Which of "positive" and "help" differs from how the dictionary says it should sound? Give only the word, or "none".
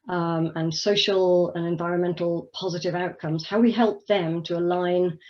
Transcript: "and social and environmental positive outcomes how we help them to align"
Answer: none